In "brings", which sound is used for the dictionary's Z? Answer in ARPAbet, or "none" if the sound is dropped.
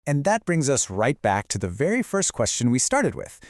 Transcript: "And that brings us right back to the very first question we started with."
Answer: Z